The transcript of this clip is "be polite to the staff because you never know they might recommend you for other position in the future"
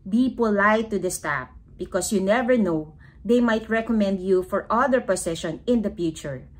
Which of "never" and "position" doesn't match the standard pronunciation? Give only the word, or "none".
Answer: position